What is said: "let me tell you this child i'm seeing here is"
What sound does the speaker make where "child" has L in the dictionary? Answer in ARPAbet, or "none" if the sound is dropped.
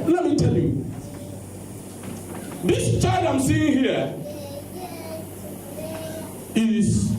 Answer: none